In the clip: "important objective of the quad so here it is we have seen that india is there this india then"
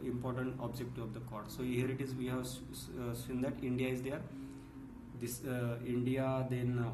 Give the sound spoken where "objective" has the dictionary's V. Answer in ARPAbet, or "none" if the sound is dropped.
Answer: none